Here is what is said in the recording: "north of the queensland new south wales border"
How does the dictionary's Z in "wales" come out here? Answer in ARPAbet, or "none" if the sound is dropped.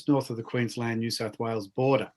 Z